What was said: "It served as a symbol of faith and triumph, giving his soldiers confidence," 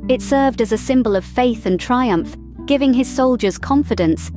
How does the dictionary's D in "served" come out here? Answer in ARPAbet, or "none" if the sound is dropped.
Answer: D